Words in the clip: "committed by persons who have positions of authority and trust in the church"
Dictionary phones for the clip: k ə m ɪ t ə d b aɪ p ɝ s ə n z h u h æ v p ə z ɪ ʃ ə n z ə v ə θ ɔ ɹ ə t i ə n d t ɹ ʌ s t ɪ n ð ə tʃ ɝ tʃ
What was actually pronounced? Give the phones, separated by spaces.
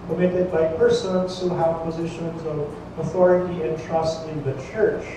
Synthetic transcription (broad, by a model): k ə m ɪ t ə d b aɪ p ɝ s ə n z h u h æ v p ə z ɪ ʃ ə n z ə v ə θ ɔ ɹ ə t i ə n t ɹ ʌ s t ɪ n ð ə tʃ ɝ tʃ